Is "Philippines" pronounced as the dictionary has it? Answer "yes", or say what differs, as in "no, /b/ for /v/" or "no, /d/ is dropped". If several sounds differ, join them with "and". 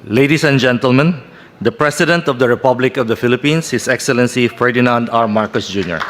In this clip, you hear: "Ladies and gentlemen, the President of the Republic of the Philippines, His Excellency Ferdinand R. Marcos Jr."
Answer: no, /s/ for /z/